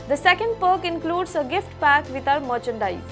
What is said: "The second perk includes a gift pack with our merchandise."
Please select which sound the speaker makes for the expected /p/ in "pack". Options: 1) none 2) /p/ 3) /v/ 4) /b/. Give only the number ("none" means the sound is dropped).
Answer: 2